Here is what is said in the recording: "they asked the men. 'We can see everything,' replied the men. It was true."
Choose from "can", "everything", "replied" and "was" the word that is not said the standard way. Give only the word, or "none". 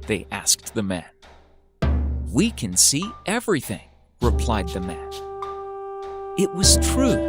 none